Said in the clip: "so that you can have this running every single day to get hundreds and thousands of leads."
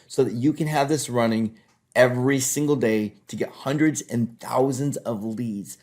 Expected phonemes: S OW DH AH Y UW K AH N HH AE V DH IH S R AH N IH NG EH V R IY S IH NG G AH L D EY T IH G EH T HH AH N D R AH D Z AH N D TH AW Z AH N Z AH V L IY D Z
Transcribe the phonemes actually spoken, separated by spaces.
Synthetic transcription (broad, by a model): S OW DH AH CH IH K AH N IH V DH IH S R AH N IH NG EH V R IY S IH NG G L D EY T IH G EH T HH AH N D R AH D Z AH N TH AW Z AH N Z AH V L IY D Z